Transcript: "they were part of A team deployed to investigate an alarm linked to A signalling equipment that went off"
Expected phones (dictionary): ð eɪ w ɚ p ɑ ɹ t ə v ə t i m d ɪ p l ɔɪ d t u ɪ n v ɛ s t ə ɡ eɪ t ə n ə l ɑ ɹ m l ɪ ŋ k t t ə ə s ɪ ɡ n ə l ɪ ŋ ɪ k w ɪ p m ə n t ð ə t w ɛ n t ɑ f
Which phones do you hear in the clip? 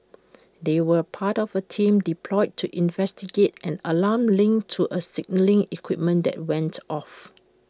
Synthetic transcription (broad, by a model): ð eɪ w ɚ p ɑ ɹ t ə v ə t i m d ɪ p l ɔɪ d t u ɪ n v ɛ s t ə ɡ eɪ t ə n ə l ɑ m l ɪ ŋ t t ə ə s ɪ ɡ n ə l ɪ ŋ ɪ k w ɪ p m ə n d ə t w ɛ n t ɑ f